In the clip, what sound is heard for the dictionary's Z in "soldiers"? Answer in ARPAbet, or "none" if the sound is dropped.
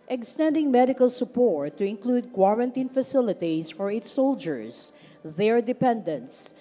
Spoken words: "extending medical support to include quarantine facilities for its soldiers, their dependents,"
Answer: S